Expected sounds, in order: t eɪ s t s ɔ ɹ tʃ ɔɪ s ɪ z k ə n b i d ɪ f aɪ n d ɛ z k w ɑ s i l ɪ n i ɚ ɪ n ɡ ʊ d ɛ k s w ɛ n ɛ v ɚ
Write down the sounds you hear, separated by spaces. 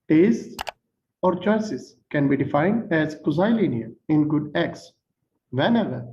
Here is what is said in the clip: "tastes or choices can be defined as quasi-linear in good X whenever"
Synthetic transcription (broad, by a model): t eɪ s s ɔ ɹ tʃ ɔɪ s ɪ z k ə n b i d ɪ f aɪ n d ɛ z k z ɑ i l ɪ n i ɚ ɪ n ɡ ʊ d ɛ k s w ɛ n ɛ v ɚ